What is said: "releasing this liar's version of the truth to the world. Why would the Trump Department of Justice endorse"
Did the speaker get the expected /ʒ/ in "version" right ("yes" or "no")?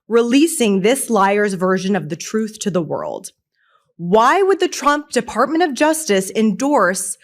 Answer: yes